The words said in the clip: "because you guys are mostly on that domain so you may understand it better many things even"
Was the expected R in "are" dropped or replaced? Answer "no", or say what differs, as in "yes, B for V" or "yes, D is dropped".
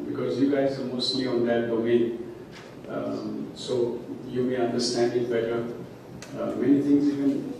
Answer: yes, L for R